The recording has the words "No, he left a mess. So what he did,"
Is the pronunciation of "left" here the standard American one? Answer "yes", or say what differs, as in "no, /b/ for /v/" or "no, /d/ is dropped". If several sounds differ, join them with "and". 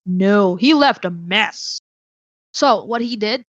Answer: yes